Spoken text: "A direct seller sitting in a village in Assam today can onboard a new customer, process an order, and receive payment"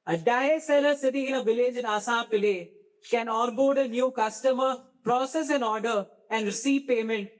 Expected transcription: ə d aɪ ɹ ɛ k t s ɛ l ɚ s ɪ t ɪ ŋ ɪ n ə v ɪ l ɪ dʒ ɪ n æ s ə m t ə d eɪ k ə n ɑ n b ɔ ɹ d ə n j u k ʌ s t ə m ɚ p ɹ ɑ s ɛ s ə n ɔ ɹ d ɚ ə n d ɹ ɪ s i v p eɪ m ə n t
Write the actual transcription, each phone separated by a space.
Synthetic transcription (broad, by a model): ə d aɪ ɛ s ɛ l ɚ s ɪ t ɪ ɪ n ə v ɪ l ɪ dʒ ɪ n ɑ s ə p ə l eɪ k ə n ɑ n b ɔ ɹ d ə n j u k ʌ s t ə m ɚ p ɹ ɑ s ɛ s ə n ɔ ɹ d ɚ ə n d ɹ ɪ s i v p eɪ m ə n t